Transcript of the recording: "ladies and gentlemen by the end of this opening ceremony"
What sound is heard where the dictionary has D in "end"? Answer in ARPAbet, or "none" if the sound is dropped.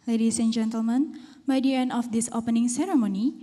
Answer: none